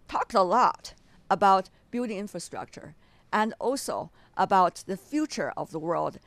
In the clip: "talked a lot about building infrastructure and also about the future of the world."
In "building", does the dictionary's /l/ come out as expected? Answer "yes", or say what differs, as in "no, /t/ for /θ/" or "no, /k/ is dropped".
no, /l/ is dropped